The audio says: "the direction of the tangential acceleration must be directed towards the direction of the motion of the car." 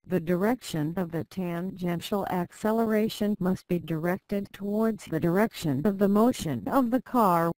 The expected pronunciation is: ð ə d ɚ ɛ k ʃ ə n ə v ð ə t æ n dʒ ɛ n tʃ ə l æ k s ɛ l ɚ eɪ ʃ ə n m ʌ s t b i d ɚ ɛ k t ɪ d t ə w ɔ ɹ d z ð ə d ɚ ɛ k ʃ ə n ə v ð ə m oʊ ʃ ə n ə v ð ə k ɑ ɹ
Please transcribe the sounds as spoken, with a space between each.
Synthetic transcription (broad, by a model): ð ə d ɚ ɛ k ʃ ə n ə v ð ə t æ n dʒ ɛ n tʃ l æ k s ɛ l ɚ eɪ ʃ ə n m ʌ s t b i d ɚ ɛ k t ɪ d t ə w ɔ ɹ d z ð ə d ɚ ɛ k ʃ ə n ə v ð ə m oʊ ʃ ə n ə v ð ə k ɑ ɹ